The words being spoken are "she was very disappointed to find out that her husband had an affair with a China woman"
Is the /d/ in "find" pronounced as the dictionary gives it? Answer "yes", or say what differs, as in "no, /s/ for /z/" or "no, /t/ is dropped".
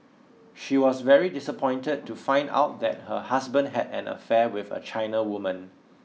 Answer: yes